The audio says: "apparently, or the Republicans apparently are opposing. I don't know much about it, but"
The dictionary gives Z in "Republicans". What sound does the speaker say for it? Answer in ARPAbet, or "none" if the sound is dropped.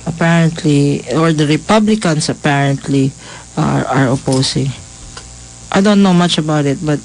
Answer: S